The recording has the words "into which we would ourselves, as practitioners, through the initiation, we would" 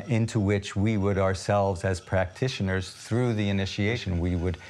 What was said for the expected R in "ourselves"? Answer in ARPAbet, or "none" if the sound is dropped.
R